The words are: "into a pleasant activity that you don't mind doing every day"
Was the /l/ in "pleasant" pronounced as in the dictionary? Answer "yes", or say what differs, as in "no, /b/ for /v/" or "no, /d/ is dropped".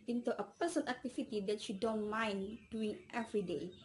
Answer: no, /l/ is dropped